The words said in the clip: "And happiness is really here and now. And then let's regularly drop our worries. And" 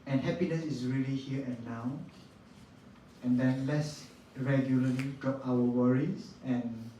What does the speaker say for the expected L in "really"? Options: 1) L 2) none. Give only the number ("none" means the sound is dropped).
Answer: 1